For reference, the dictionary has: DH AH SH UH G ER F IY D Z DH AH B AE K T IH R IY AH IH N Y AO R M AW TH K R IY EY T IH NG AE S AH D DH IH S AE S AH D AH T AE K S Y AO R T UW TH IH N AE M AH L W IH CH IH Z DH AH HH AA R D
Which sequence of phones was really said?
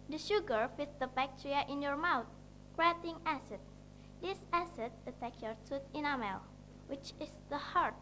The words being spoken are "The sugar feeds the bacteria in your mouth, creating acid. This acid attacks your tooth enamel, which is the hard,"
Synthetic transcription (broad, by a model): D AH SH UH G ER F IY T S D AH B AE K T R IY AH IH N Y AO R M AW T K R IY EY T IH NG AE S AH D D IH S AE S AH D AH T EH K Y AO R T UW T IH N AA M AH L W IH CH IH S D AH HH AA R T